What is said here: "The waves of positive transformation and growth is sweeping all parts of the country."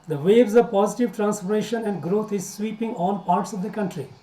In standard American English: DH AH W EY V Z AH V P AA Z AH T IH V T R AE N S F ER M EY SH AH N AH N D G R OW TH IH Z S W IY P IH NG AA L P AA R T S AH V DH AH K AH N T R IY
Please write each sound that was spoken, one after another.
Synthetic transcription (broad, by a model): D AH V EY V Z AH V P AA Z AH T IH V T R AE N S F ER M EY SH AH N AH N D G R OW T IH Z S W IY P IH NG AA N P AA R T S AH V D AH K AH N T R IY